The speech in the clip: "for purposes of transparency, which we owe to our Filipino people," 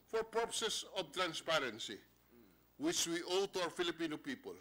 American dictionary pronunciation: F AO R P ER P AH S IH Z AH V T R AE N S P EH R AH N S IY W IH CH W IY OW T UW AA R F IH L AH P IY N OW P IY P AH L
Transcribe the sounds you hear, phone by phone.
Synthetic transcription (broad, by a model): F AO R P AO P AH S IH S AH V T R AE N S P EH R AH N S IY W IH CH W IY OW T UW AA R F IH L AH P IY N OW P IY P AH L